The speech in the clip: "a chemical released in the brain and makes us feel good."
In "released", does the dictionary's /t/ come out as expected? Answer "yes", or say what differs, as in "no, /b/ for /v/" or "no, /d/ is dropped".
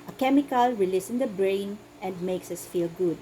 no, /t/ is dropped